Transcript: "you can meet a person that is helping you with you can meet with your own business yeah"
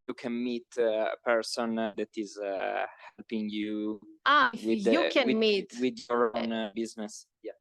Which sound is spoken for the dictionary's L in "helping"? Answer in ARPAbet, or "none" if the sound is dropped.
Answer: L